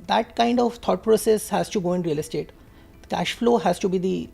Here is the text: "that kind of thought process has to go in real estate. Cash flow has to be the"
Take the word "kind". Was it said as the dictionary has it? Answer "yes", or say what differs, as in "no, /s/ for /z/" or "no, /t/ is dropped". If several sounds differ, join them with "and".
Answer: yes